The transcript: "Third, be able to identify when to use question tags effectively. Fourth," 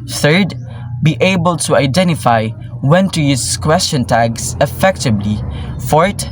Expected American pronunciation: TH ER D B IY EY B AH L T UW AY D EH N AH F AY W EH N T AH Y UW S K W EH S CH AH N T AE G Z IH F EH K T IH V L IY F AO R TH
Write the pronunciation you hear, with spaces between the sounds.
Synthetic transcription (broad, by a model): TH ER D B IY EY B AH L T UW AY D EH N AH F AY W EH N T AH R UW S K W EH S CH AH N T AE G S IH F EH K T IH B L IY F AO R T